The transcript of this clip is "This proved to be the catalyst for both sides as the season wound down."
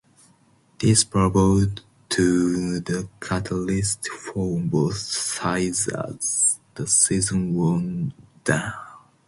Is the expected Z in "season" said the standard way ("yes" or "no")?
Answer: yes